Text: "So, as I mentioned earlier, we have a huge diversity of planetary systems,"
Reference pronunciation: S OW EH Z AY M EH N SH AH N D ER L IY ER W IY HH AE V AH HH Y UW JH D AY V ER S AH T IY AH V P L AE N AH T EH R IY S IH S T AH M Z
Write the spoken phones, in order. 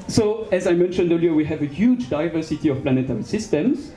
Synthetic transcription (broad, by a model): S OW EH Z AY M EH N SH AH N D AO L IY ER W IY HH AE V AH HH Y UW JH D AY V ER S AH T IY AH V P L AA N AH T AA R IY S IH S T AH M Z